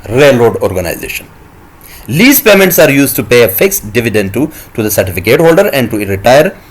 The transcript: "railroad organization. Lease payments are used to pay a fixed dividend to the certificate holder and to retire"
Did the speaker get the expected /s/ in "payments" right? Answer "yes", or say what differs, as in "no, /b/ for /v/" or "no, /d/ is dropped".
yes